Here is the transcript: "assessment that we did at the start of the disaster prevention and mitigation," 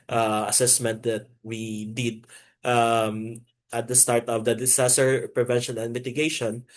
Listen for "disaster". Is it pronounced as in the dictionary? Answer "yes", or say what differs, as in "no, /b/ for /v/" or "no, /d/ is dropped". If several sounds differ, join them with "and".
no, /s/ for /z/